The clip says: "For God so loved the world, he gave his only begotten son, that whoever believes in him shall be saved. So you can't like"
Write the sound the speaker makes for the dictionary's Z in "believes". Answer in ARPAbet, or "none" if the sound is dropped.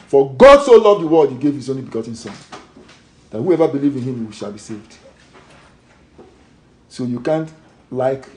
none